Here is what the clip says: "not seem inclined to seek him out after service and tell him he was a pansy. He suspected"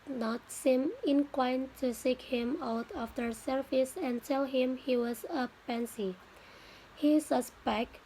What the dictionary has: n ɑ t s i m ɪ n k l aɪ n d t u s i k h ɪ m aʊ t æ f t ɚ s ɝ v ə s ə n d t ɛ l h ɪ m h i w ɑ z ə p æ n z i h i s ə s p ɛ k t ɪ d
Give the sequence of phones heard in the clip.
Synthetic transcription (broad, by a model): n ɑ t s i m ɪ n k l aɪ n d t u s i k h ɪ m aʊ t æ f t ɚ s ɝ f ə s ə n d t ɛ l h ɪ m h i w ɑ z ə p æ n s i h i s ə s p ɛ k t